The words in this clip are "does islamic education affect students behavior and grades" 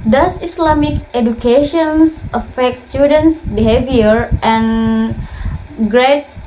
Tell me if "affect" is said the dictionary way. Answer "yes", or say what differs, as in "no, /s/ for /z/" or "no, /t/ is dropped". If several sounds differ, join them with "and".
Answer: yes